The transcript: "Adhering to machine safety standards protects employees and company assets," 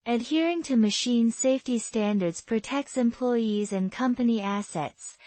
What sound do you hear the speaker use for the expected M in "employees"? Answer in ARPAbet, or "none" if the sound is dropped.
M